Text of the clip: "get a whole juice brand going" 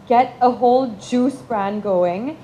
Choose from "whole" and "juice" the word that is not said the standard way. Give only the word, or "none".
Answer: none